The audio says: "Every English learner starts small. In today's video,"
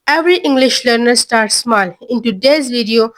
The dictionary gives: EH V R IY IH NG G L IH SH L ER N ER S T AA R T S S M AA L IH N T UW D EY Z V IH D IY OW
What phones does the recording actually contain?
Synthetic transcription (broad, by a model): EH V R IY IH NG G L IH SH L ER N ER S T AA R T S S M AA L IH N T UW D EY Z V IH D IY OW